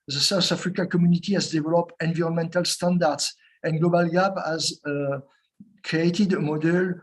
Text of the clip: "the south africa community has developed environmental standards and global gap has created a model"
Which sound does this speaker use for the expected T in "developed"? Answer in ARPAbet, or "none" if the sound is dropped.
none